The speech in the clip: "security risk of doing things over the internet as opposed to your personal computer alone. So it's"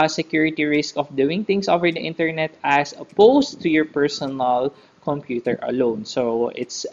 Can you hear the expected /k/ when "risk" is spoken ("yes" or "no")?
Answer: yes